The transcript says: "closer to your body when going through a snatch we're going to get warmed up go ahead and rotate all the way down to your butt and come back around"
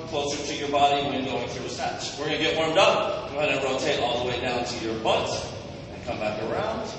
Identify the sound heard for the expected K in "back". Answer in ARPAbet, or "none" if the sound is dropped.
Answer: K